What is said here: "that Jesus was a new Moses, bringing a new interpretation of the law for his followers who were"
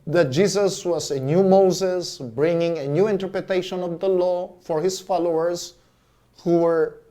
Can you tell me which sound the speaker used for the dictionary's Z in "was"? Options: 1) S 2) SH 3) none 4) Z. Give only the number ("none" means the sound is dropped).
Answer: 1